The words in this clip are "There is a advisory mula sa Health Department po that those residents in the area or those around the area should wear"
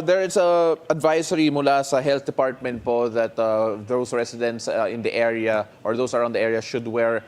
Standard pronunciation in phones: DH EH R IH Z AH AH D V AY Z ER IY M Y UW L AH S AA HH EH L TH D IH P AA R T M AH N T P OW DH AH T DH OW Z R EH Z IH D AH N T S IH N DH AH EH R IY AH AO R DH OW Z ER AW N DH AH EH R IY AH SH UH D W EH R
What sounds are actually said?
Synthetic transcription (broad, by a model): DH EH R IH S AH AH D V AY S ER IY M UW L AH S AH HH EH L TH D IH P AA R T M AH N T P OW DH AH T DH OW S R EH S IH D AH N T S IH N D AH EH R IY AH AO R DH OW S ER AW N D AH EH R IY AH SH UH D W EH R